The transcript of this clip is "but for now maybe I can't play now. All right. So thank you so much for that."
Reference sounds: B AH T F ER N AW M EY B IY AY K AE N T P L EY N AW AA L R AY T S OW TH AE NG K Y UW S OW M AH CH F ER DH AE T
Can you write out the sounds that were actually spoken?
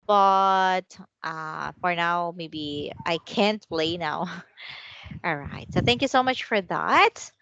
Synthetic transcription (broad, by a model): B AH T F ER N AW M EY B IY AY K AE N T P L EY N AW AA L R AY T S OW TH AE NG K Y UW S OW M AH CH F ER DH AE T